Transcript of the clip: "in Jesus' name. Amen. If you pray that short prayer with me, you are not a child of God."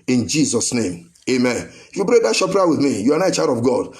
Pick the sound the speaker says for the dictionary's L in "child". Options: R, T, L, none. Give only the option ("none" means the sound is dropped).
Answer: none